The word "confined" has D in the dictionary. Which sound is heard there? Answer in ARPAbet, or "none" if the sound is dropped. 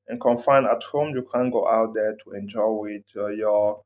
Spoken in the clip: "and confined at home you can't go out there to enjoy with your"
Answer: none